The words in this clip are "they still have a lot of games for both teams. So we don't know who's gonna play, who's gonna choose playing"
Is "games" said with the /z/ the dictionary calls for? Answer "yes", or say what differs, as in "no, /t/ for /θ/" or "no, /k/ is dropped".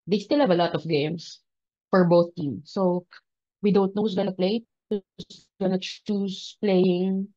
no, /s/ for /z/